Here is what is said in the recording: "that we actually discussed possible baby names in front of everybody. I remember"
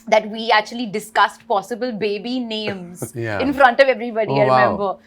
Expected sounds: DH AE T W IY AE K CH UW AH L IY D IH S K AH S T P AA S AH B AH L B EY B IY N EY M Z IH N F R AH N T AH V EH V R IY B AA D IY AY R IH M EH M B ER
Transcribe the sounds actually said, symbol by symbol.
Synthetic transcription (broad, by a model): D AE T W IY AE K CH UW AH L IY D IH S K AH S T P AA S AH B AH L B EY B IY N EY M Z IH N F R AH N T AH V EH V R IY B AA D IY AY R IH M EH M B ER